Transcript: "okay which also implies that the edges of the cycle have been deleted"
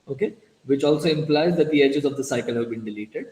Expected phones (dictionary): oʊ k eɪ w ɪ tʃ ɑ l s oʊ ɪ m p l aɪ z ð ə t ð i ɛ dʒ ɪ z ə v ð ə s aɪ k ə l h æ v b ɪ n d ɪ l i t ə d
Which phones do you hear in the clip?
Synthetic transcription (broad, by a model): oʊ k eɪ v ɪ tʃ ɑ l s oʊ ɪ m p l aɪ z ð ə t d i ɛ dʒ ɪ z ə v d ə s aɪ k ə l h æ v b ɪ n d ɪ l i t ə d